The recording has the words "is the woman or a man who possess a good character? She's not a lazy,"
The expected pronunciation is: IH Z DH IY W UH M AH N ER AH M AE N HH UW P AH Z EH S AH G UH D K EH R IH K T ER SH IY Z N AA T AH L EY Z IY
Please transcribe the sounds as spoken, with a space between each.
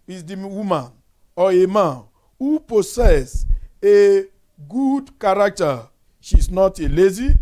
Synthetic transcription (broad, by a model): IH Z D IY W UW M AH N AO AH M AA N HH UW P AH S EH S AH G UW D K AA R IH K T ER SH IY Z N AA T AH L EY Z IY